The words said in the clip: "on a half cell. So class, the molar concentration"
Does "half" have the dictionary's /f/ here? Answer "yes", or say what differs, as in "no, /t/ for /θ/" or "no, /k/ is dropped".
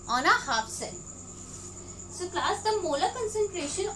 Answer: no, /p/ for /f/